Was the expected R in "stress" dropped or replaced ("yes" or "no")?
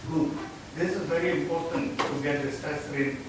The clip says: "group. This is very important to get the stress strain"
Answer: yes